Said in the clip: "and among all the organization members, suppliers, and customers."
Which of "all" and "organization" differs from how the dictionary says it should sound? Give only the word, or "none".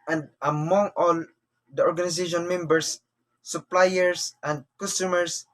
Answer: organization